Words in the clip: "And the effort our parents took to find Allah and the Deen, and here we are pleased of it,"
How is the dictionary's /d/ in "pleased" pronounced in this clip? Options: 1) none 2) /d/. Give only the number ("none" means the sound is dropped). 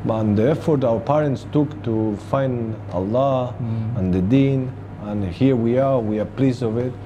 1